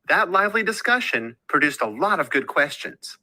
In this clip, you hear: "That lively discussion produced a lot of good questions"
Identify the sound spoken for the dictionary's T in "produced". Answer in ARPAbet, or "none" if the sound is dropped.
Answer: T